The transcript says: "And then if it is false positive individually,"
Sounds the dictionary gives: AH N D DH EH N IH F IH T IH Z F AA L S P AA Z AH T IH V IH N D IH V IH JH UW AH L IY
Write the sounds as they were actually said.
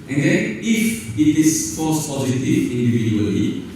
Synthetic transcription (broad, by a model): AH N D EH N IH F IH T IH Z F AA S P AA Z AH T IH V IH N D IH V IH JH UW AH L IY